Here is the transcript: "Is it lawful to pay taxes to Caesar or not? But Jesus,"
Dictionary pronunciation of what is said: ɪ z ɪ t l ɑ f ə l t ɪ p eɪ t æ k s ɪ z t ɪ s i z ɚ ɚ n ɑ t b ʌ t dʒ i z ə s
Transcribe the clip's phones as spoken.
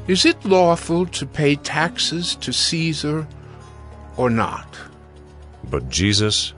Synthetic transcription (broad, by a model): ɪ z ɪ t l ɑ f ə l t ɪ p eɪ t æ k s ɪ z t ɪ s i z ɚ ɚ n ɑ t b ʌ t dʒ i z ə s